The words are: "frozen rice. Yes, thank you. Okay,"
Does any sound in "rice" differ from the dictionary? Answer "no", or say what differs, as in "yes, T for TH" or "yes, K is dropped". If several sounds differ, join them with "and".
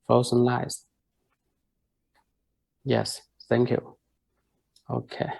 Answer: yes, L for R